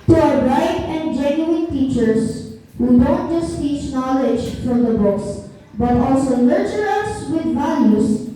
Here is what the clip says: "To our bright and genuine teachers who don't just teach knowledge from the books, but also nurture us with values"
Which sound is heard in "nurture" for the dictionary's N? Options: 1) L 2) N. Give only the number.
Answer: 1